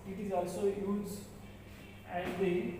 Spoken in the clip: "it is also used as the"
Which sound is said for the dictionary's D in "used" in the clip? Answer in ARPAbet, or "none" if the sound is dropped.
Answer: none